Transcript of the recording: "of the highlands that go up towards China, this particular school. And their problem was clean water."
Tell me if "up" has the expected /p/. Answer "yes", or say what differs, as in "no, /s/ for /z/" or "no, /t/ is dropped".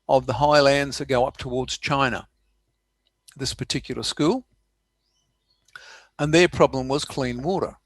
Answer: yes